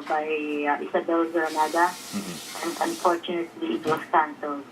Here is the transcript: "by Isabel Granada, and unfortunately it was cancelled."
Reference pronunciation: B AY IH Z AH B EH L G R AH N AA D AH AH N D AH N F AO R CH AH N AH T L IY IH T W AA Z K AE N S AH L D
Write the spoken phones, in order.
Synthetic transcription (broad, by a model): B AY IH S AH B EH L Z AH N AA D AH AH N D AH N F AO R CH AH N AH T L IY IH T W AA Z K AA N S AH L